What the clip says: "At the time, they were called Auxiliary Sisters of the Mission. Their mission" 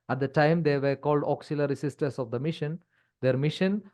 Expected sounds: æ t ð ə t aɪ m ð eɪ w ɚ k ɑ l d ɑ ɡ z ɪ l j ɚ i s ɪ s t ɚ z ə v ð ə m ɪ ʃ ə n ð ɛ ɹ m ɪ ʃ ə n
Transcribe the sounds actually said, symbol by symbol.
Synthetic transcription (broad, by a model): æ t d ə t aɪ m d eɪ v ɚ k ɑ l d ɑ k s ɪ l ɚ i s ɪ s t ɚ s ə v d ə m ɪ ʃ ə n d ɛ ɹ m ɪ ʃ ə n